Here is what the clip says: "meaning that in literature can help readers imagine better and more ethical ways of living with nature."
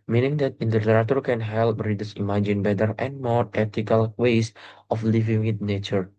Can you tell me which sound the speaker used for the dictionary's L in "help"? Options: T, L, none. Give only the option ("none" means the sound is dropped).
L